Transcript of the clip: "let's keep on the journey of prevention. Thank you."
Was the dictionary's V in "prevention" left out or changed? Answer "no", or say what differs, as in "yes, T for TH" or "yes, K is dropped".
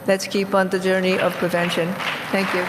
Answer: no